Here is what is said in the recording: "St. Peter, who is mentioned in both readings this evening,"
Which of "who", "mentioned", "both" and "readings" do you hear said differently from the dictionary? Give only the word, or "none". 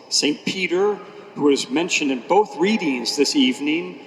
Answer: none